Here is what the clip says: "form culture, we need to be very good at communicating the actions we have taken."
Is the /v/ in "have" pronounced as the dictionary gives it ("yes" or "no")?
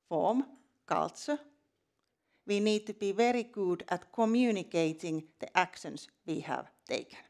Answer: yes